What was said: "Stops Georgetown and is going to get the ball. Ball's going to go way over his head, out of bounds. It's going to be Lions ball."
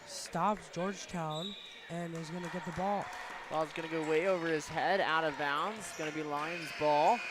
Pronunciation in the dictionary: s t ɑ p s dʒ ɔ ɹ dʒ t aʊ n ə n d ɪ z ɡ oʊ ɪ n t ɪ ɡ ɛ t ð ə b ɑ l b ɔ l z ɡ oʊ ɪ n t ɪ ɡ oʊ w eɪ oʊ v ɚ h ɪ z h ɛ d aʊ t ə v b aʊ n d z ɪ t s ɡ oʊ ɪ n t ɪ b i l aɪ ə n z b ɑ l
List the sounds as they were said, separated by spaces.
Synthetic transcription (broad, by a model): s t ɑ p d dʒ ɔ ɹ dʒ t aʊ n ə n ɪ z ɡ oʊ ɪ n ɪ ɡ ɛ t ð ə b ɑ l b ɔ l z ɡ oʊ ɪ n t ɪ ɡ oʊ w eɪ oʊ v ɚ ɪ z h ɛ d aʊ t ə v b aʊ n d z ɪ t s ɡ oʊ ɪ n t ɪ b i l aɪ ə n z b ɑ l